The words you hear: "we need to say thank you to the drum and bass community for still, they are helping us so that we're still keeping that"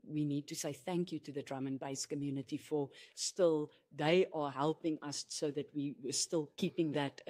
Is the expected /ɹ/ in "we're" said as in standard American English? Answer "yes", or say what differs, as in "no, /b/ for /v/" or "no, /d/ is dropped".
no, /w/ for /ɹ/